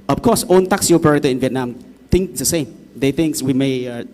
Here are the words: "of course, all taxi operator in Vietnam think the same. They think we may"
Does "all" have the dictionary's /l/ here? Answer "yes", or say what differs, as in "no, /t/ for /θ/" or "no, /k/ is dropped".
no, /n/ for /l/